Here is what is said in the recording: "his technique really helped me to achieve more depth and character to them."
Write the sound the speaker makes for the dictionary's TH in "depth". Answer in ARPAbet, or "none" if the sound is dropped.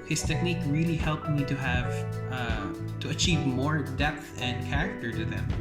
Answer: TH